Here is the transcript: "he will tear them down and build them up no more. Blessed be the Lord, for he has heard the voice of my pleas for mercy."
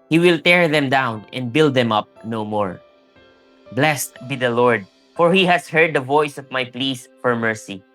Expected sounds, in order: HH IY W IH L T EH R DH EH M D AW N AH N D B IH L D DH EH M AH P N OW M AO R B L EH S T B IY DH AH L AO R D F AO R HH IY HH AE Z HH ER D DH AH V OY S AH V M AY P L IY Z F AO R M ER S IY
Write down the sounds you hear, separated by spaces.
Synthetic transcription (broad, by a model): HH IY W IH L T EH R DH EH M D AW N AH N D B IH L D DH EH M AH P N OW M AO R B L EH S T B IY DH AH L AO R D F AO R HH IY HH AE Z HH ER D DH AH V OY S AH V M AY P L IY S F AO R M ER S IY